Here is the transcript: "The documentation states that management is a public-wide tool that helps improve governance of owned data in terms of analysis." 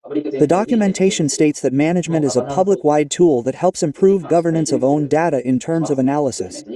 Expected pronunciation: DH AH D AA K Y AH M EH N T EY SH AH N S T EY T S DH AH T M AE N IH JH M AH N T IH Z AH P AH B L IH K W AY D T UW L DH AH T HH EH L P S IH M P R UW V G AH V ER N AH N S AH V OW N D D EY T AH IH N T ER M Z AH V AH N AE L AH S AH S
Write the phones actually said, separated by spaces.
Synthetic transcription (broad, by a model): DH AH D AA K Y AH M EH N T EY SH AH N S T EY T S DH AH T M AE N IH JH M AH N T IH Z AH P AH B L IH K W AY D T UW L DH AH T HH EH L P S IH M P R UW V G AH V ER N AH N S AH V OW N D D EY T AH IH N T ER M Z AH V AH N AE L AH S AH S